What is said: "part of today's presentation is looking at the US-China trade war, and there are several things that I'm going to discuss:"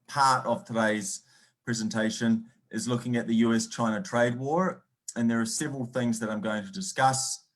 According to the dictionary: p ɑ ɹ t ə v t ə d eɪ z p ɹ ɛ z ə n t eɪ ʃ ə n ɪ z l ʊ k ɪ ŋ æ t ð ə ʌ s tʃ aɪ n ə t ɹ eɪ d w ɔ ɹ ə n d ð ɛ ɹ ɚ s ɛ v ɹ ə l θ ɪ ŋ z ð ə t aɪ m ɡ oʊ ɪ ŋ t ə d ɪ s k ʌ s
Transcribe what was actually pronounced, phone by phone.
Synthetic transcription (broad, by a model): p ɑ ɹ t ə v t ə d eɪ z p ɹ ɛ z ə n t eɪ ʃ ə n ɪ z l ʊ k ɪ ŋ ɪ t ð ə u s tʃ aɪ n ə t ɹ eɪ d w ɔ ɹ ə n ð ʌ ɹ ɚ s ɛ v ɹ ə l θ ɪ ŋ z ð ə t aɪ m ɡ oʊ ɪ ŋ t ə d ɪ s k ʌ s